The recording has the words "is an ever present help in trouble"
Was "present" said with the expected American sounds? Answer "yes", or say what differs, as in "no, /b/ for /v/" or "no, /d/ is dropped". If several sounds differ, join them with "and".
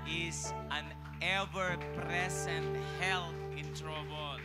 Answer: no, /s/ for /z/